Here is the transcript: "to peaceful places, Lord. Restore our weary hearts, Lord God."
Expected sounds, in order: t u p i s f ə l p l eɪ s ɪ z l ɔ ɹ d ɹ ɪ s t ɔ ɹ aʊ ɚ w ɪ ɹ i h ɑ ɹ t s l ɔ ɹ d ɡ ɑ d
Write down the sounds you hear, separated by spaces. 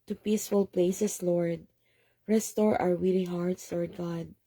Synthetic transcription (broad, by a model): t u p i s f ə l p l eɪ s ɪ s l ɔ ɹ d ɹ ɪ s t ɔ ɹ aʊ ɚ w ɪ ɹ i h ɑ ɹ t s l ɔ ɹ d ɡ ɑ d